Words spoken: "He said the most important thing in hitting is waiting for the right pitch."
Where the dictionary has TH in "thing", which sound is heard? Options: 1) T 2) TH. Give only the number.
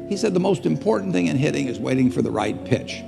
2